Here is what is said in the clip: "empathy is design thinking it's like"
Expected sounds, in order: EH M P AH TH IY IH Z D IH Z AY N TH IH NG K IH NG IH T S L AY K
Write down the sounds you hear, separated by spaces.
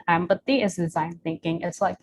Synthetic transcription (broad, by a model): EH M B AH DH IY IH Z D IH Z AY N TH IH NG K IH NG IH T S L AY K